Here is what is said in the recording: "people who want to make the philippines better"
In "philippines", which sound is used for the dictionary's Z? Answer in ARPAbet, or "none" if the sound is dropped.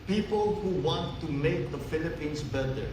S